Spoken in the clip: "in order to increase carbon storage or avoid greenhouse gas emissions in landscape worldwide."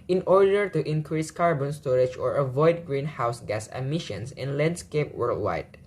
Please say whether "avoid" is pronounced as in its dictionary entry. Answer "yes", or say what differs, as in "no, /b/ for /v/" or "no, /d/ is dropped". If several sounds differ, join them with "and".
yes